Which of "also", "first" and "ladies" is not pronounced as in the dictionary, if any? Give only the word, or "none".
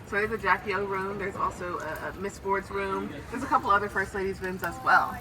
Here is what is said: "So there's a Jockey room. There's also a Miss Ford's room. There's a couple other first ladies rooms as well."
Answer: none